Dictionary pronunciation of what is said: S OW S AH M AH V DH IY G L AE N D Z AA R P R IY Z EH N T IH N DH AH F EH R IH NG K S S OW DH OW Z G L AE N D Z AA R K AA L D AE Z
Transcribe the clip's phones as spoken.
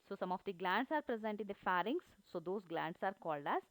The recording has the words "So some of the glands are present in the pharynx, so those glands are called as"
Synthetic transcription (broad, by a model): S OW S AH M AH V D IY G L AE N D S AA R P R IY Z EH N T IH N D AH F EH R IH NG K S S OW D OW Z G L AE N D S AA R K AA L D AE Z